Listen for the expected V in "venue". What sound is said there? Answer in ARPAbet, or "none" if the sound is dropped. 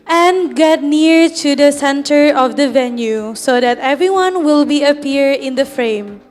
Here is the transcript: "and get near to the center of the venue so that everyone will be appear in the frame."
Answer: V